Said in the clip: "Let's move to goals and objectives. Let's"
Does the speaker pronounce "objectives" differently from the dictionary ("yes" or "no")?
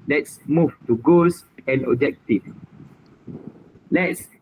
yes